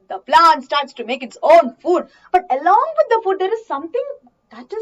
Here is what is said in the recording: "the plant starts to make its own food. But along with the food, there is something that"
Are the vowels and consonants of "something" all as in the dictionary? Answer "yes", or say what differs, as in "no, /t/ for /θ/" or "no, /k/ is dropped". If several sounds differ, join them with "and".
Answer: no, /t/ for /θ/